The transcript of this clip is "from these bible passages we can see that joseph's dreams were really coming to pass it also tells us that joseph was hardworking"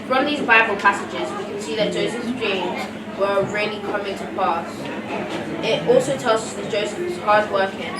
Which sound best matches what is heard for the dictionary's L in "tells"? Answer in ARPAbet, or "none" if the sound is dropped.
L